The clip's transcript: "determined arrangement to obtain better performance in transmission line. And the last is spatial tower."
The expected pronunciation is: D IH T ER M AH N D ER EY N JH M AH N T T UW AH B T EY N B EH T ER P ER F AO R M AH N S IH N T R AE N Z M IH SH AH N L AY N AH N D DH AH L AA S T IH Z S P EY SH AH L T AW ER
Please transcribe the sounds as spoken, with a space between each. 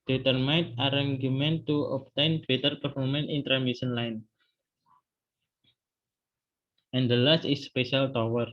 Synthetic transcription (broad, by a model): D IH T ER M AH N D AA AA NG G M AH N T T UW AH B T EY N B EH T ER P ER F AO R M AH N IH N T R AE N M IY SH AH N L AY N AH N D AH L AA S T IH S P EY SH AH L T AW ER